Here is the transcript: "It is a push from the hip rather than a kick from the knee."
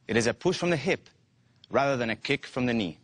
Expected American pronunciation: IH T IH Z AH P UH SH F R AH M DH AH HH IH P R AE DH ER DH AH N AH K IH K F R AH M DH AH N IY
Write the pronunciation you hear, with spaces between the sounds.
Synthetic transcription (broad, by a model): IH T IH Z AH P UH SH F R AH M DH AH HH IH P R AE DH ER DH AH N AH K IH K F R AH M DH AH N IY